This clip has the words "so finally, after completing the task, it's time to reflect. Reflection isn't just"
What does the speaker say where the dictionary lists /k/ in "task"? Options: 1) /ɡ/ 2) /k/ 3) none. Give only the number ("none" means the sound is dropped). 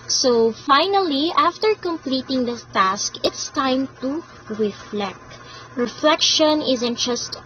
2